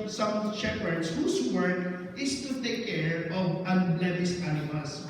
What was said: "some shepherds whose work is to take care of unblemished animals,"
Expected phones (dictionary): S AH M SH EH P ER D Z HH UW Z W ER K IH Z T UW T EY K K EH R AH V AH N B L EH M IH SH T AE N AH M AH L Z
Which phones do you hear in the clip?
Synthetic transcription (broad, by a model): S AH M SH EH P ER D S HH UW S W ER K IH S T UW T EY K K EH R AH V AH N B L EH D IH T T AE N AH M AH L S